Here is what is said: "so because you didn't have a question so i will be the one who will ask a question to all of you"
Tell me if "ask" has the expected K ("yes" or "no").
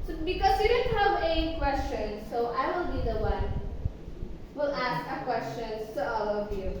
yes